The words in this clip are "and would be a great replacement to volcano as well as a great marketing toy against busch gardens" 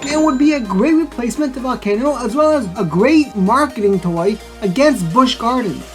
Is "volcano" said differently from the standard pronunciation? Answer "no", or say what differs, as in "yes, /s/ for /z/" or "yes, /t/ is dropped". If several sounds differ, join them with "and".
yes, /l/ is dropped